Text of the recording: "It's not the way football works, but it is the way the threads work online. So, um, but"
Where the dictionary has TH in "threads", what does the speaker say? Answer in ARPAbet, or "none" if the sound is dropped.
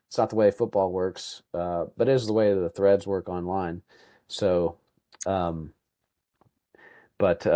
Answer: TH